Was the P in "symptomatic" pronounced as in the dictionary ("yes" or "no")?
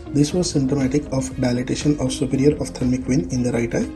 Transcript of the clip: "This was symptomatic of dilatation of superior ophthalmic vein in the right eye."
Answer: no